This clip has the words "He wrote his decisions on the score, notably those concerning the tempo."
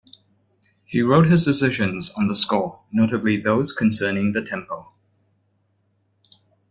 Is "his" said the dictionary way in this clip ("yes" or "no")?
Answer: yes